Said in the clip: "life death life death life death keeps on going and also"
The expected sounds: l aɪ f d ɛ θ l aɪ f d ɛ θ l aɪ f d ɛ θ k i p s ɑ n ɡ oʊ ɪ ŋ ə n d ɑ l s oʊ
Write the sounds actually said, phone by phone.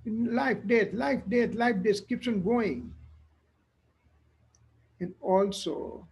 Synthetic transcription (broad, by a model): l aɪ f d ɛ t l aɪ f d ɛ t l aɪ f d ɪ s k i p ʃ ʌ n ɡ oʊ ɪ ŋ ə n d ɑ l s oʊ